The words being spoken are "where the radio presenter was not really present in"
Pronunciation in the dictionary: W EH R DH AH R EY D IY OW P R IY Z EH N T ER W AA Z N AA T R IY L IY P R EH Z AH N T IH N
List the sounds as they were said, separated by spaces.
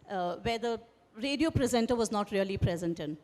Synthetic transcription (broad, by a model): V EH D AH R EY D IY OW P R IY Z EH N T ER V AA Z N AA T R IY L IY P R EH Z AH N T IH N